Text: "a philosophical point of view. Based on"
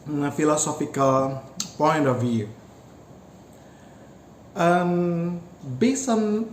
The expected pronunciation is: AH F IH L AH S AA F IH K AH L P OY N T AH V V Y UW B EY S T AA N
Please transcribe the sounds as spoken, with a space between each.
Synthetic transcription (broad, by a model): F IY L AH S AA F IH K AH L P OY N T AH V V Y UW B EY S AA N